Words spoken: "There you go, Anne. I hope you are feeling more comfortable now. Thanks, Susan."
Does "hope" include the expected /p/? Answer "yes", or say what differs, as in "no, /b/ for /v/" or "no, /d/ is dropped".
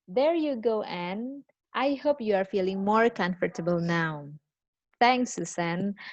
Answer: yes